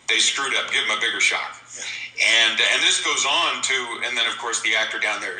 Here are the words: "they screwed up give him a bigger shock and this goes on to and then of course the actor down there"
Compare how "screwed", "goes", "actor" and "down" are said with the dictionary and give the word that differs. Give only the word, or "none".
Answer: none